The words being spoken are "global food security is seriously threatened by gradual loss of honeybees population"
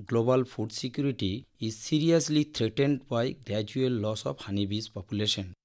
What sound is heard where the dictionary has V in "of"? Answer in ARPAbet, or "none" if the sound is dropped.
P